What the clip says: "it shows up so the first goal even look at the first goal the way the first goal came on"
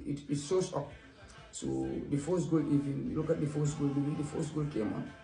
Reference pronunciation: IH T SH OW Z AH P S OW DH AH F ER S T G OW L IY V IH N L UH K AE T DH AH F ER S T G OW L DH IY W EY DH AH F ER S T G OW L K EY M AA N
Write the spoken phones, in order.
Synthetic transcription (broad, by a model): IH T S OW S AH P S OW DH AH F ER S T G OW L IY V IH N L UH K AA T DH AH F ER S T G OW L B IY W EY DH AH F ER S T G OW L K EY M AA N